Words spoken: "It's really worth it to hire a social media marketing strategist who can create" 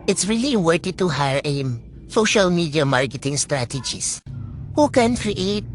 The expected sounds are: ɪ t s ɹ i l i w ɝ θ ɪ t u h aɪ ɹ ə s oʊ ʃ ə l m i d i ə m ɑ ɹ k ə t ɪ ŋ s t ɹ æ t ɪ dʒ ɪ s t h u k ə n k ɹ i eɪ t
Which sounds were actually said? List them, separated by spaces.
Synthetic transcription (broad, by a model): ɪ t s ɹ i l i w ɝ t ɪ t u h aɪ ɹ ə s oʊ ʃ ə l m i d i ə m ɑ ɹ k ə t ɪ ŋ s t ɹ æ t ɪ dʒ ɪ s h u k ə n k ɹ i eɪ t